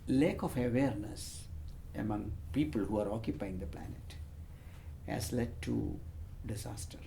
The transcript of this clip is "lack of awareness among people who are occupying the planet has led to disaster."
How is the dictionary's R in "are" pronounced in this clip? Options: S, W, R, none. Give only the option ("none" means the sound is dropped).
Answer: R